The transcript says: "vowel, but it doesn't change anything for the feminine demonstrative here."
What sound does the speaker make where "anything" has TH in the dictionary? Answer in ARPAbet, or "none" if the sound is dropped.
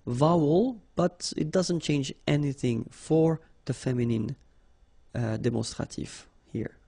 TH